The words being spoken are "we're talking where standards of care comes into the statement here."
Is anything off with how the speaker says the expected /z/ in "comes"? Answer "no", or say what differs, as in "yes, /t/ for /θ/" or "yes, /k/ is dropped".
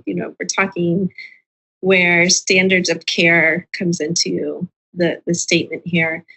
no